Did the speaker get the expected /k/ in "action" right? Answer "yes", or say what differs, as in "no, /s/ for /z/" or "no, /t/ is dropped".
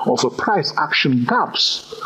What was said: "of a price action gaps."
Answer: yes